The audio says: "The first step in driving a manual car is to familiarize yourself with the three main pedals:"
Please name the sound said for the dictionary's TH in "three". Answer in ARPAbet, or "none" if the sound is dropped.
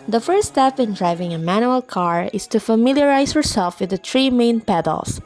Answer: T